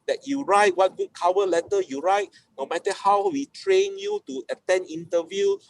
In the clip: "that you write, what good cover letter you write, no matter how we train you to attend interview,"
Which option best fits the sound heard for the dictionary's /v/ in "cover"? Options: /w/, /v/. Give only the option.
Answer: /w/